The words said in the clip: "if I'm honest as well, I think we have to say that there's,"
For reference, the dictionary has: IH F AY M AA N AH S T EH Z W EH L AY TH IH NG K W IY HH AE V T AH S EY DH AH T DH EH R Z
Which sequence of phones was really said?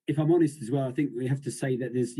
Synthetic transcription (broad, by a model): IH F AY M AA N AH S T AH Z W EH L AY TH IH NG K W IY HH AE F T AH S EY DH AH T DH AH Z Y